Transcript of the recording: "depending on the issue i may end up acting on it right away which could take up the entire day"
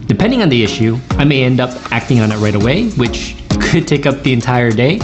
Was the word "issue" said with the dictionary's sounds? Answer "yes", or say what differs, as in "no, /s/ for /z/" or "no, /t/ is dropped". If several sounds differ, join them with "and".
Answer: yes